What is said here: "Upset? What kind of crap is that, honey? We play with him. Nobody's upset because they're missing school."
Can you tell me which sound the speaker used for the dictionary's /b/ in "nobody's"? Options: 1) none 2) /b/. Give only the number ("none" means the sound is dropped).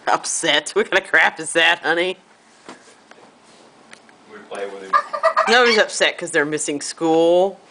1